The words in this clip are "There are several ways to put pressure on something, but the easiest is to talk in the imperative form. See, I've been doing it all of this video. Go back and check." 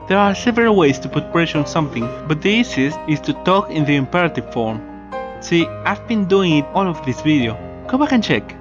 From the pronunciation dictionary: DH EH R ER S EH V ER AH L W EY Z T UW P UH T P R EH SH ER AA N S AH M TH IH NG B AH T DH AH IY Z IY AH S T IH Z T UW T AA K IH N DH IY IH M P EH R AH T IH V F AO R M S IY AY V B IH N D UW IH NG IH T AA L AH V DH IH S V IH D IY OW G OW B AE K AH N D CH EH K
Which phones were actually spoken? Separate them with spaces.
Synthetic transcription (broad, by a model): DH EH R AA S EH V ER AH L W EY S T UW P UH T P R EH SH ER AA N S AH M TH IH NG B AH T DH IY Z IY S IH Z T UW T AA K IH N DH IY IH M P EH R AH T IH V F AO R M S IY AY V B IH N D UW IH NG IH T AA L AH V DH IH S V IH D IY OW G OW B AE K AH N CH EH K